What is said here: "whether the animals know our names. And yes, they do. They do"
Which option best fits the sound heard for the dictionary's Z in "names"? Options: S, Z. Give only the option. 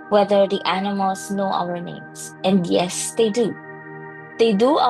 S